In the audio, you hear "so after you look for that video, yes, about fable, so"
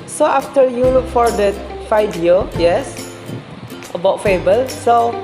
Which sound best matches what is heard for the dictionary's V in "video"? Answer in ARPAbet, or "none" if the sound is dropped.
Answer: F